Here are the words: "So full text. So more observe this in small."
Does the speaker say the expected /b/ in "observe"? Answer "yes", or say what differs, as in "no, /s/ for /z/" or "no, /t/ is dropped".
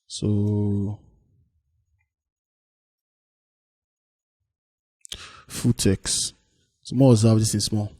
no, /b/ is dropped